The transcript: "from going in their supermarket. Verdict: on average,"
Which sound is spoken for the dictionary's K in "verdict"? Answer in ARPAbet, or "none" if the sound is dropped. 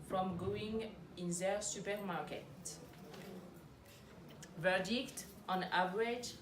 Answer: K